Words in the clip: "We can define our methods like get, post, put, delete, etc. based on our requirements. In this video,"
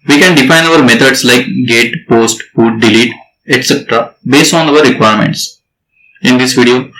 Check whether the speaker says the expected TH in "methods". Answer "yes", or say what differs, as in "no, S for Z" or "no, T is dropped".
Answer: no, T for TH